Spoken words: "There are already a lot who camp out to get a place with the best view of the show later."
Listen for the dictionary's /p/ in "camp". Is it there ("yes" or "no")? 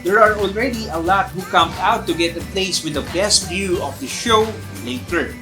no